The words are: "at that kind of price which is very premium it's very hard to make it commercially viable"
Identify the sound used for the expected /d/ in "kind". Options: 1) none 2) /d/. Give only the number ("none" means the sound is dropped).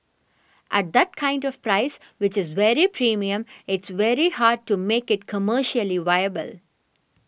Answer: 2